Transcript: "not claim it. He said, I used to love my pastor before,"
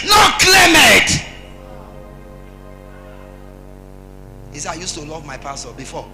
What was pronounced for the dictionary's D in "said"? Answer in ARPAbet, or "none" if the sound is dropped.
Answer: none